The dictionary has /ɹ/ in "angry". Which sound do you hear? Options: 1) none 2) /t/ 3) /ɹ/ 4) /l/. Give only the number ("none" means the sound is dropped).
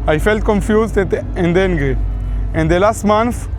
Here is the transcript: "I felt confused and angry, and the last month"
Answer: 1